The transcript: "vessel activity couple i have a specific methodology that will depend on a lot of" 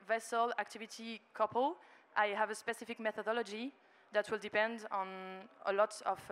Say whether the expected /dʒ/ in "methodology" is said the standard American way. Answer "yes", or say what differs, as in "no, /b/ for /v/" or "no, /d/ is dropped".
yes